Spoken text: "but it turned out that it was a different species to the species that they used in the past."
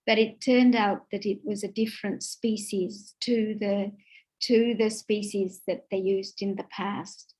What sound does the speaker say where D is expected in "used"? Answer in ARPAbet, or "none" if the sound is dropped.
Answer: D